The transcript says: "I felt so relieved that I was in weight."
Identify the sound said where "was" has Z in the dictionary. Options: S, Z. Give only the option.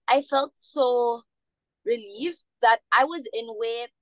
Z